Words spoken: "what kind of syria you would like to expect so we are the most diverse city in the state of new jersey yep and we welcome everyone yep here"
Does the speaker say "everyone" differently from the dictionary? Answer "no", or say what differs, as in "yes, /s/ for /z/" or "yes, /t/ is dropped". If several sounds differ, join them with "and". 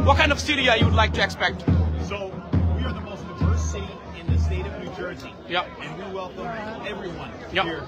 no